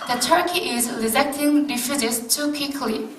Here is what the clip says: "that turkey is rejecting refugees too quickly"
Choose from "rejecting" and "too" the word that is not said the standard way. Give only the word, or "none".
rejecting